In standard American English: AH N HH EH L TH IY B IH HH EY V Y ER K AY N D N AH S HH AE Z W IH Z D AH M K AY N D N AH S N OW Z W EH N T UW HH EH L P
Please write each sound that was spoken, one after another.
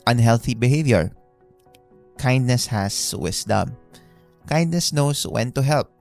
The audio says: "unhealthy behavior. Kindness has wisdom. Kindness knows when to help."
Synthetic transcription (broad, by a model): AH N HH EH L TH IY B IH HH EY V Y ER K AY N D N AH S HH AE S W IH S D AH M K AY N D N AH S N OW S W EH N T UW HH EH L P